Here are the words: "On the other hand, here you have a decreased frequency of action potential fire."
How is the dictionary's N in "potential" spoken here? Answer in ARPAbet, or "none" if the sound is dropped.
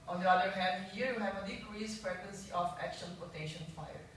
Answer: none